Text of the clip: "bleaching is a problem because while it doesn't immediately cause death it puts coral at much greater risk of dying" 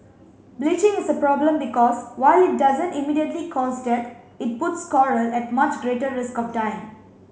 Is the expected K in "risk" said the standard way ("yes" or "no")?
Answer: yes